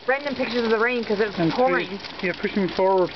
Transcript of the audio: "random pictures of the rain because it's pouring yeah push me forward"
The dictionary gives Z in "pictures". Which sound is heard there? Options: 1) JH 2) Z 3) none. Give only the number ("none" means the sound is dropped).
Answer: 2